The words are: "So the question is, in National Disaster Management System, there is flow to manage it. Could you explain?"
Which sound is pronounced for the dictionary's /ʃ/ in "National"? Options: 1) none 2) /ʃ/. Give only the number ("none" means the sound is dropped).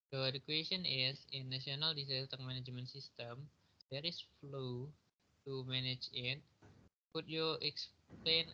1